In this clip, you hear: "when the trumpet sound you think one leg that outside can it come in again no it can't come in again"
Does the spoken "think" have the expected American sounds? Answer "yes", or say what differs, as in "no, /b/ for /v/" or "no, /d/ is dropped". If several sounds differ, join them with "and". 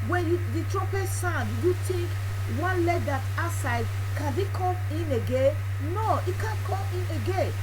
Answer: no, /t/ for /θ/